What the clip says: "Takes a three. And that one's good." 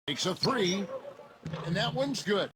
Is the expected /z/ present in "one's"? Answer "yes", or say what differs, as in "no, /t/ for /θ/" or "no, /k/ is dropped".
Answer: yes